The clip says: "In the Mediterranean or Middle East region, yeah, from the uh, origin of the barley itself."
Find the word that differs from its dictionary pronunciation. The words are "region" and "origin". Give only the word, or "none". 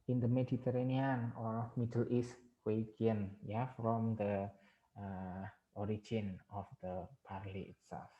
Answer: region